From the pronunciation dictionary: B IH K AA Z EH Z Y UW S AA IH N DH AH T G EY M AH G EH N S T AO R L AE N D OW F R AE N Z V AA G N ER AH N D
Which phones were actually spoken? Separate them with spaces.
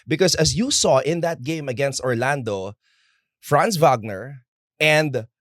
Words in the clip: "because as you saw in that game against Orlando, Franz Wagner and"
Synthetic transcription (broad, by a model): B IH K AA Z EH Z Y UW S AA IH N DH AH T G EY M AH G EH N S T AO R L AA N D OW F R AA N S V AA G N ER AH N D